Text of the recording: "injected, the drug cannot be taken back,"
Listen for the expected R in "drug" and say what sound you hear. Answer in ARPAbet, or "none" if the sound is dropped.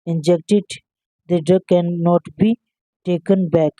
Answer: none